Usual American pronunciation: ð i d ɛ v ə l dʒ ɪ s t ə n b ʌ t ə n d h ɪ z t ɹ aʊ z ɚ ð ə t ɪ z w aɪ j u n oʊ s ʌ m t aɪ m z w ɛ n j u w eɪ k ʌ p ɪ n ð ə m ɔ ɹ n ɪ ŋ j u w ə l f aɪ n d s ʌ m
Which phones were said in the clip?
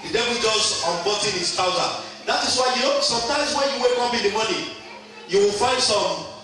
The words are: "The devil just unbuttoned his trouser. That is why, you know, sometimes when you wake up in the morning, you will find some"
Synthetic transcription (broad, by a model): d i d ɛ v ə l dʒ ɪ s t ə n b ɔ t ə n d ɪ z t aʊ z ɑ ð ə t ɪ s w aɪ j u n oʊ s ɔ m t aɪ m s w ɛ n j u w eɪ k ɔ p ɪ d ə m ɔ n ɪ j u w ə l f aɪ n d s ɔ m